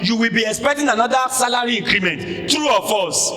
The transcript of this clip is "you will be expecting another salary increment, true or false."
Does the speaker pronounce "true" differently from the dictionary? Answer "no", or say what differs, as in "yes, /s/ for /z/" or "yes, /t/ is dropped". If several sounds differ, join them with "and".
no